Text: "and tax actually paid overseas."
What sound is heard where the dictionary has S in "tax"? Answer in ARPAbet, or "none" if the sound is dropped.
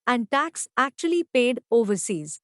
S